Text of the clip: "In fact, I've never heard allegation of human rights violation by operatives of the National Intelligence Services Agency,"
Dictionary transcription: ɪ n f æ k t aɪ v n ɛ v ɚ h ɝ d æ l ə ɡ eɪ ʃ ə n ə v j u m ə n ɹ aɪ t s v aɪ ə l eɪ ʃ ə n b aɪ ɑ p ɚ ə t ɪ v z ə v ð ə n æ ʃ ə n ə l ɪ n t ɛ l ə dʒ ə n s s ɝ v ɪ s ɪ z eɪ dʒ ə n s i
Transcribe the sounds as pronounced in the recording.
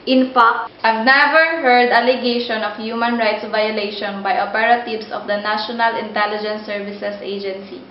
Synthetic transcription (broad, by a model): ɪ n f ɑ k t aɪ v n ɛ v ɚ h ɝ d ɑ l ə ɡ eɪ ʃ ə n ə f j u m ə n ɹ aɪ t s v aɪ ə l eɪ ʃ ə n b aɪ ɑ p ɚ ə t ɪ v s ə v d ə n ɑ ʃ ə n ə l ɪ n t ɛ l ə dʒ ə n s s ɝ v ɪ s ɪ s eɪ dʒ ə n s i